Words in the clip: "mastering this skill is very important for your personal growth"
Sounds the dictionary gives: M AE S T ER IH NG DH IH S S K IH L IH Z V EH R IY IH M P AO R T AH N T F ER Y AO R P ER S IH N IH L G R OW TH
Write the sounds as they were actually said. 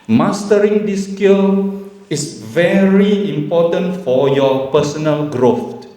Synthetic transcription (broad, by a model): M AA S T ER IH NG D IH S S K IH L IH S V EH R IY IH M P AO T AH N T F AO Y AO P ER S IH N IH L G R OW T